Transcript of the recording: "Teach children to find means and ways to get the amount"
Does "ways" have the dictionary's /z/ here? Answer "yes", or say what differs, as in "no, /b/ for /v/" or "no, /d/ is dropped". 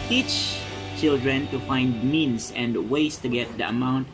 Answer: no, /s/ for /z/